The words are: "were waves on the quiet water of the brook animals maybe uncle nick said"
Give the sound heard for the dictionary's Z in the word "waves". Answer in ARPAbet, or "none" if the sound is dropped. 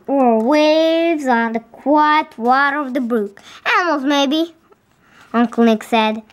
Z